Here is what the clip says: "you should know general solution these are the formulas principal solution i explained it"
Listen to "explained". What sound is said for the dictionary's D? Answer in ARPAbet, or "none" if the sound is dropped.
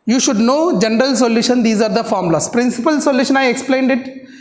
D